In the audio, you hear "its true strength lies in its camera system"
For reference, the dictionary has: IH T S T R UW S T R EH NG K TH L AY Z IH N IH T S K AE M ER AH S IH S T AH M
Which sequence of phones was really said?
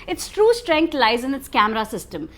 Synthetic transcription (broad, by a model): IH T S T R UW S T R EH NG K T L AY Z IH N IH T S K AE M ER AH S IH S T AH M